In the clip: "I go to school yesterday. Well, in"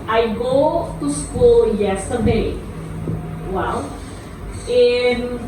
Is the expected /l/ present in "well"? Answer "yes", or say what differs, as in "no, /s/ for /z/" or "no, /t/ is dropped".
no, /w/ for /l/